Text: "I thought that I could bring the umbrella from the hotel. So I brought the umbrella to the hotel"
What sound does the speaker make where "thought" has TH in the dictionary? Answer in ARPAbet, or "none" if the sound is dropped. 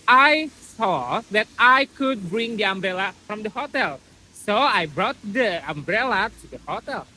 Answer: S